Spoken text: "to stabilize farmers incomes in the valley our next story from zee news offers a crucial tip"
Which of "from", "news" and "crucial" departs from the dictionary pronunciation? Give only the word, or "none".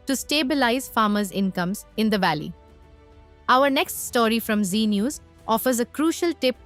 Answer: none